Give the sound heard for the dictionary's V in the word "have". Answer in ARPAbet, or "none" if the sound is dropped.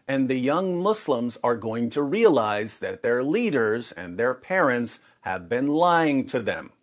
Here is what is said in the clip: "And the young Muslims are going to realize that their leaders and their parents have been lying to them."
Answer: V